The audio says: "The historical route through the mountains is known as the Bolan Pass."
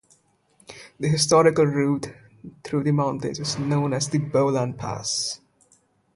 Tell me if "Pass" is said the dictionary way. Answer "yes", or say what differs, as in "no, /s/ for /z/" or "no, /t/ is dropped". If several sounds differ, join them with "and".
yes